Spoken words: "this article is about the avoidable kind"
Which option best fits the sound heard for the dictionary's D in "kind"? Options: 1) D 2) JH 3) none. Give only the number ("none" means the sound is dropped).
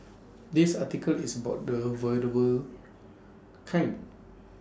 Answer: 3